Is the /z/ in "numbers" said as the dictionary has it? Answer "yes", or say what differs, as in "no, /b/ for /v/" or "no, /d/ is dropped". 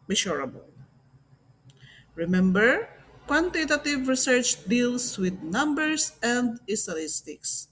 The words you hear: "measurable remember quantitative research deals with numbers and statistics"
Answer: no, /s/ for /z/